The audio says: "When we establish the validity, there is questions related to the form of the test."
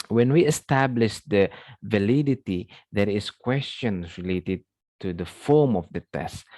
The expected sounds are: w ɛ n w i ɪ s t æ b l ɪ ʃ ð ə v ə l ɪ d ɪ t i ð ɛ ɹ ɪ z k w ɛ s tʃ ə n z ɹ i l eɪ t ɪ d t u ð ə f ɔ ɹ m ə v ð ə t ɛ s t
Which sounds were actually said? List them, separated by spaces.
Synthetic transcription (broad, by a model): w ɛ n w i ɪ s t æ b l ɪ ʃ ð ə v ə l ɪ d ɪ t i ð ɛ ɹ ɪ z k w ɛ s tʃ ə n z ɹ i l eɪ t ɪ d t u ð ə f ɔ ɹ m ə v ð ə t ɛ s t